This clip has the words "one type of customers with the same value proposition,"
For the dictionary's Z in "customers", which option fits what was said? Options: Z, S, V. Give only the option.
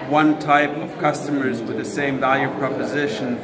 Z